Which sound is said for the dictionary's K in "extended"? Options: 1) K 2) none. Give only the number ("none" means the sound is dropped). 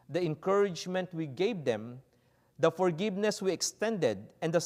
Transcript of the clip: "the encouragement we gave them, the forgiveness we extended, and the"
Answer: 1